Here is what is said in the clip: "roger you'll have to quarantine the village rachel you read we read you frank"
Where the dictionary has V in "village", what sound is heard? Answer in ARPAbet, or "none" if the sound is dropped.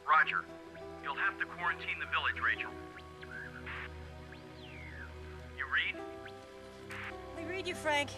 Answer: V